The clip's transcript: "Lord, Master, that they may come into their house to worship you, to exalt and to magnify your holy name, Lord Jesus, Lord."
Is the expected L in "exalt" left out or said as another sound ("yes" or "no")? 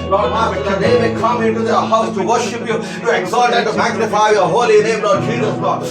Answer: yes